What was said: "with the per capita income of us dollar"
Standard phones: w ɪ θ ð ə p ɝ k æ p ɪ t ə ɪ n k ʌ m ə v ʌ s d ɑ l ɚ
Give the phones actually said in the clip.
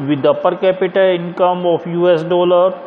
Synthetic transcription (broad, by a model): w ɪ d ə p ɝ k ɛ p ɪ t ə ɪ n k ʌ m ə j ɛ s d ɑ l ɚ